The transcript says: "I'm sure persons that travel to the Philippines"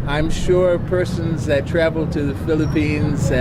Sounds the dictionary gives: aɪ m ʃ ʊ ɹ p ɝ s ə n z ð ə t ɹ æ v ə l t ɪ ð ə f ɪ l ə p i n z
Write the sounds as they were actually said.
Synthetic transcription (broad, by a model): aɪ m ʃ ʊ ɹ p ɝ s ə n z ð ə t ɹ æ v l t ɪ ð ə f ɪ l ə p i n z